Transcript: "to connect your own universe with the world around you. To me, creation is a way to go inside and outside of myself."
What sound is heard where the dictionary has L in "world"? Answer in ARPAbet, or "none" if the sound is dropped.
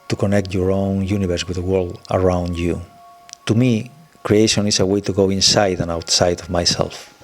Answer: L